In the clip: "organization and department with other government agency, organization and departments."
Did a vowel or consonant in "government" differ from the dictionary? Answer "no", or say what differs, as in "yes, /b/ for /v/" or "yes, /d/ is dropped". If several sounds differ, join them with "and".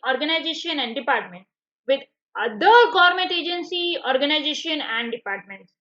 yes, /n/ is dropped